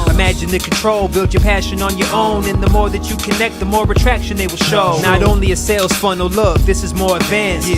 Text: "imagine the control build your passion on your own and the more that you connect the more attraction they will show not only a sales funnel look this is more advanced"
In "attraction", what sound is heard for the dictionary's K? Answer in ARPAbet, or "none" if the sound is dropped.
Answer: K